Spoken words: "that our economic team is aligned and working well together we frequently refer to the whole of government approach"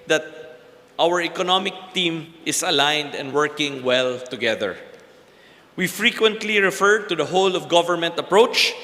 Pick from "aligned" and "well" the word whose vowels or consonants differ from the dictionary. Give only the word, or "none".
none